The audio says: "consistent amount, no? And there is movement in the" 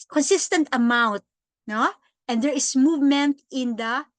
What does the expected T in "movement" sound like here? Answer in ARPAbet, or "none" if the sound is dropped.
T